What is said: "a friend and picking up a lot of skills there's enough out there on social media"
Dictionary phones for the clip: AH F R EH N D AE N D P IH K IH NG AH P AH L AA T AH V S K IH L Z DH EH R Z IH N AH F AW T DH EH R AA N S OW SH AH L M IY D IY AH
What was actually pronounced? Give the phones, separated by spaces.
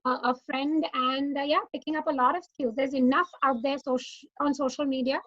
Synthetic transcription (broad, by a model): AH F R EH N D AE N D P IH K IH NG AH P AH L AA T AH V S K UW Z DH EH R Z IH N AH F AW T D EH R AA N S OW SH AH L M IY D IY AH